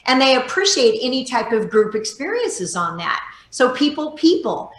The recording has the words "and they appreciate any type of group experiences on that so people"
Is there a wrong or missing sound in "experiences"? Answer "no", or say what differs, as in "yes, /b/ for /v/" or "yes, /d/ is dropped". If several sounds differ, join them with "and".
no